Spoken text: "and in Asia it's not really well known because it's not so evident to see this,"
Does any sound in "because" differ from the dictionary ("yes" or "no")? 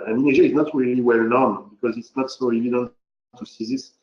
no